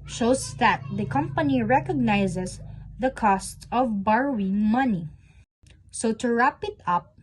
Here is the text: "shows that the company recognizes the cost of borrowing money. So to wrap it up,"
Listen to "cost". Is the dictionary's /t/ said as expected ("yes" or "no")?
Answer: yes